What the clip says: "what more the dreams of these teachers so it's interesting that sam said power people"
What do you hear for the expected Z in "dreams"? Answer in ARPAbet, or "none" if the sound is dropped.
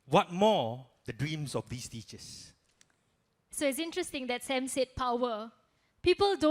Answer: S